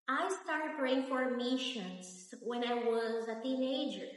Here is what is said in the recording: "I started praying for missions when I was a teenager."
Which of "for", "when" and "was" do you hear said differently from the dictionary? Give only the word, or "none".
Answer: none